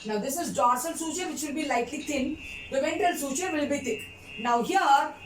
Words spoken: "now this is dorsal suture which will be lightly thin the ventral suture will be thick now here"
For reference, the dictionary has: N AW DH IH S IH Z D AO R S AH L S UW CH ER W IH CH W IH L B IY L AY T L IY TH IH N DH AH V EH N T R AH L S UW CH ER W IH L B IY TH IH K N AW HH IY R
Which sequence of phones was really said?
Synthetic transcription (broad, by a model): N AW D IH S IH Z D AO R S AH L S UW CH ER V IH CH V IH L B IY L AY T L IY T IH N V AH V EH N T AH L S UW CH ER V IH L B IY T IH K N AW HH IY R